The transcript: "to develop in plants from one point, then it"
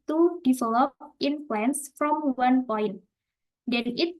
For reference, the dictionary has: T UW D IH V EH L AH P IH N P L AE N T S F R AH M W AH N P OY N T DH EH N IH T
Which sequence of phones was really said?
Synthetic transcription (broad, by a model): T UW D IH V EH L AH P IH N F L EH N S F R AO M W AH N P OY N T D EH N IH T